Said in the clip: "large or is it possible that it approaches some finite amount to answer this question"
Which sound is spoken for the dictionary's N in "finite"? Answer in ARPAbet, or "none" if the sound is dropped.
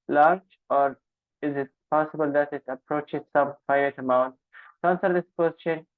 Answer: none